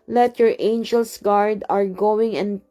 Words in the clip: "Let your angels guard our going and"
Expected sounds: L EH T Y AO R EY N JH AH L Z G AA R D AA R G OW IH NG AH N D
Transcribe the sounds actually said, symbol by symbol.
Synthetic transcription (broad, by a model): L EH T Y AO R EY N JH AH L S G AA R D AA R G OW IH NG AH N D